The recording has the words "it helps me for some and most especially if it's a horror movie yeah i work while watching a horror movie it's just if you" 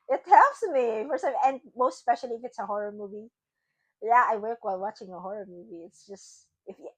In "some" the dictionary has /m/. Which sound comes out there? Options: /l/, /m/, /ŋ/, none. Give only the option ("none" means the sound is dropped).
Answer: none